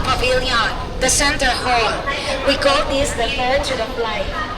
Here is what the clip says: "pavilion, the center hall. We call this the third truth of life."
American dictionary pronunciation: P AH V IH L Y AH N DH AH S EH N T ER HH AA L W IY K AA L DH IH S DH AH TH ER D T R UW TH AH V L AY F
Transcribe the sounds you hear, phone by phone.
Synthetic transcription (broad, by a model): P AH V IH L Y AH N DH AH S EH N T ER HH AA L W IY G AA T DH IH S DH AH F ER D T UW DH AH F L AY